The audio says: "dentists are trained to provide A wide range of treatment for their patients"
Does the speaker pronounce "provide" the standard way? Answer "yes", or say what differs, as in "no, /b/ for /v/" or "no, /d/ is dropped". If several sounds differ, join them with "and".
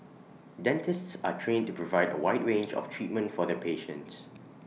yes